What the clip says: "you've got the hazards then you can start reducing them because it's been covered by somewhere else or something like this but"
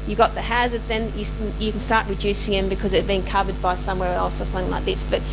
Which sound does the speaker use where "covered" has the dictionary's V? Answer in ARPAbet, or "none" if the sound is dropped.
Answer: V